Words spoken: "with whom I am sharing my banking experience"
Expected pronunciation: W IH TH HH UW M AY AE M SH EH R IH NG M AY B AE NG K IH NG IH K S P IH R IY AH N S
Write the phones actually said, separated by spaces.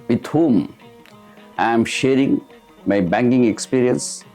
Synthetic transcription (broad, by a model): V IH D HH UW M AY M SH EH R IH NG M AY B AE NG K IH NG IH K S P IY R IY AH N S